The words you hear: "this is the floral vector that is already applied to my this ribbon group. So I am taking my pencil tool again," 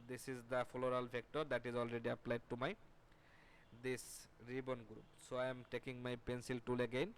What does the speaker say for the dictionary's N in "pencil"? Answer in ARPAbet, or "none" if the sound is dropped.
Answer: N